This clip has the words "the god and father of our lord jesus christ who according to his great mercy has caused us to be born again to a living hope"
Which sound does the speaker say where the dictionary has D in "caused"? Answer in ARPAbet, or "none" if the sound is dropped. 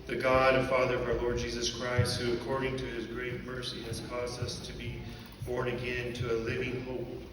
D